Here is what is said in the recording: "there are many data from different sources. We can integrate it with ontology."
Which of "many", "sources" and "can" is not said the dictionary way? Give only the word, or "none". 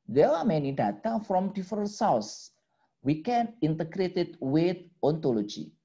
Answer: sources